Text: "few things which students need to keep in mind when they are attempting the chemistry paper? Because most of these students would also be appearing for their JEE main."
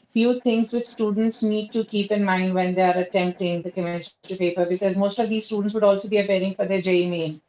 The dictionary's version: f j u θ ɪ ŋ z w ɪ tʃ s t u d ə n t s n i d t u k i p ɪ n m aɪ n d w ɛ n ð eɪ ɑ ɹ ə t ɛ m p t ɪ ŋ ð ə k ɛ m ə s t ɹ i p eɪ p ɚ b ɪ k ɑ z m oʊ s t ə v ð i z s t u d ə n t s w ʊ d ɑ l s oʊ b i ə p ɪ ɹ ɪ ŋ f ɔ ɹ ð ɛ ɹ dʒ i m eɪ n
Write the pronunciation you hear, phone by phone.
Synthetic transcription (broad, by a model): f j u t ɪ ŋ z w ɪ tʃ s t u d ə n t s n i d t u k i p ɪ n m aɪ n d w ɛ n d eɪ ɑ ɹ ə t ɛ m p t ɪ ŋ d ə k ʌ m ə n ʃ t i p eɪ p ɚ b ɪ k ɑ z m oʊ s t ə v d i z s t u d ə n t s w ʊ d ɑ l s oʊ b i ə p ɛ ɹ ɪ ŋ f ɔ ɹ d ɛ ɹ dʒ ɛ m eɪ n